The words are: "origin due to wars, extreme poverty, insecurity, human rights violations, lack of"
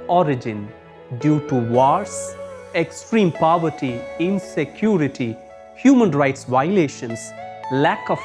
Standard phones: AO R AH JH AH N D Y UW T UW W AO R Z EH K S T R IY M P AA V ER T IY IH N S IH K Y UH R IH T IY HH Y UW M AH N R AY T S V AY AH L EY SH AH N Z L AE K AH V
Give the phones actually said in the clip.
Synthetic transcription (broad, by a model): AO R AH JH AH N D Y UW T UW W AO R S EH K S T R IY M P AA V ER T IY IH N S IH K Y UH R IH T IY HH Y UW M AH N R AY T S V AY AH L EY SH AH N S L AE K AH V